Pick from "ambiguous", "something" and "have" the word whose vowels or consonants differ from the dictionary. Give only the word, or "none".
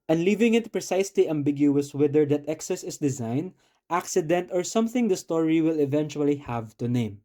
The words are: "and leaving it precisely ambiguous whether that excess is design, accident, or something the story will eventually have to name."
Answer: none